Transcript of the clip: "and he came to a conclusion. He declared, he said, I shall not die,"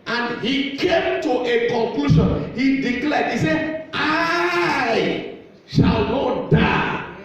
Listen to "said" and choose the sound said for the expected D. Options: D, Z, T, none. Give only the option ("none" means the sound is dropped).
none